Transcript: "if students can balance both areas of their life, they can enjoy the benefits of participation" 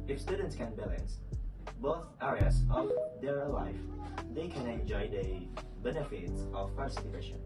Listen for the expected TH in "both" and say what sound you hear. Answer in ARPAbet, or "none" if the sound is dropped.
TH